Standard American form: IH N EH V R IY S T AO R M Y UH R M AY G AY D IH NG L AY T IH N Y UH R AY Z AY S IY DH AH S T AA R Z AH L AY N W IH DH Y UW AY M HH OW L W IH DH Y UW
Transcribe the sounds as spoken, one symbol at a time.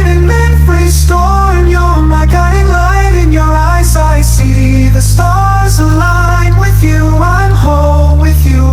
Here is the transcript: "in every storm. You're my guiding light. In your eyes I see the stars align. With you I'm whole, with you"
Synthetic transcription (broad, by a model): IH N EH F R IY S T AO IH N Y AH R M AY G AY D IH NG L AY T IH N Y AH R AY Z AY S IY DH AH S T AA R Z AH L AY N W IH DH Y UW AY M HH OW L W IH DH Y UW